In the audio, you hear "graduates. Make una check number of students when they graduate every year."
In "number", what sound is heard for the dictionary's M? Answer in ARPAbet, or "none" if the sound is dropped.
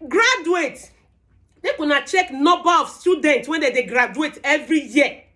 none